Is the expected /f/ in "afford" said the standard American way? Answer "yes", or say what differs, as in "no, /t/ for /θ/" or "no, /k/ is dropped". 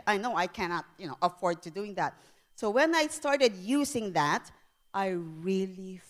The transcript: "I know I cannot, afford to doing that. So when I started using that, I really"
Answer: yes